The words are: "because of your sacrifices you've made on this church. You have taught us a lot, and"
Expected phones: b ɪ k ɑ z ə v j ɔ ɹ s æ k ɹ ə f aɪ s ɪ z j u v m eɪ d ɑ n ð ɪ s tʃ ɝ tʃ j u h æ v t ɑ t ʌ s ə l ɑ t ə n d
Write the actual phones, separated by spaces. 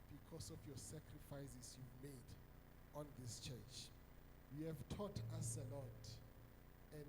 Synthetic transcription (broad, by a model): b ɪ k ɑ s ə f j ɔ s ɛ k ɹ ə f aɪ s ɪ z j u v m eɪ d ɑ n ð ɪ s tʃ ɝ tʃ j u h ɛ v t ɑ t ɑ s ə l ɑ t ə n